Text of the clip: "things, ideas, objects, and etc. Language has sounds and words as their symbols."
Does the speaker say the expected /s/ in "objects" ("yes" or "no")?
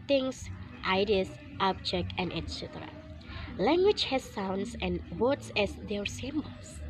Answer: no